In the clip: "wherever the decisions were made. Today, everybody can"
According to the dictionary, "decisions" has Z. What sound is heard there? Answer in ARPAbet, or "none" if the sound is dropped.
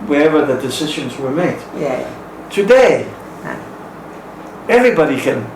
Z